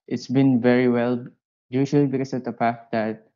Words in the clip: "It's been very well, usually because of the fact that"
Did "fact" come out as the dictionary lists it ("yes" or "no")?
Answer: no